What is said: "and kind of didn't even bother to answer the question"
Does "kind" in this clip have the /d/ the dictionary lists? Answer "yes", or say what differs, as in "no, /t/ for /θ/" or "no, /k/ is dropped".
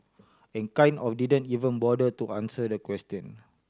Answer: no, /d/ is dropped